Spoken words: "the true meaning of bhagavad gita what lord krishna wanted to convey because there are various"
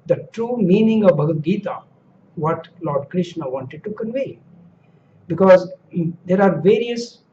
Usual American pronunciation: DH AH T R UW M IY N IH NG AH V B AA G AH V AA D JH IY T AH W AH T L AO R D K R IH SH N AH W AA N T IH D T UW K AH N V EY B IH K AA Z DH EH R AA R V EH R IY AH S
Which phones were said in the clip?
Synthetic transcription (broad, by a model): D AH T R UW M IY N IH NG AH V B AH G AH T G IY T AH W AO T L AO R D K R IH SH N AH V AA N T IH D T UW K AH N V EY B IH K AA Z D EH R AA R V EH R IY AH S